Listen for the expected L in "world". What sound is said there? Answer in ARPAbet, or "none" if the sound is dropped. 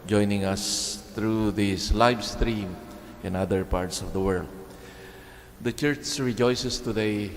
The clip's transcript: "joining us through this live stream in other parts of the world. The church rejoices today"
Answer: L